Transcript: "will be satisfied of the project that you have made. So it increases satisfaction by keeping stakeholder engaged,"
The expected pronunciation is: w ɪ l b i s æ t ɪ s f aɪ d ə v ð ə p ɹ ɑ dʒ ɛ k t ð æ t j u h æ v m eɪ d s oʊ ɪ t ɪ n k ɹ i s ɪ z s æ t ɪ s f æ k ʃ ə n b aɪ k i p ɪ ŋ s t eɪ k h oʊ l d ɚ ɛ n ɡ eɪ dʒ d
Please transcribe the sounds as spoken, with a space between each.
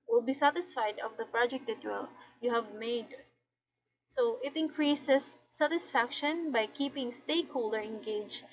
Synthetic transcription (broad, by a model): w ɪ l b i s æ t ɪ s f aɪ d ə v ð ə p ɹ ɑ dʒ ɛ k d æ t j u h æ v m eɪ d s oʊ ɪ t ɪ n k ɹ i s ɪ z s æ t ɪ s f æ k ʃ ə n b aɪ k i p ɪ ŋ s t eɪ k h oʊ l d ɚ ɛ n ɡ eɪ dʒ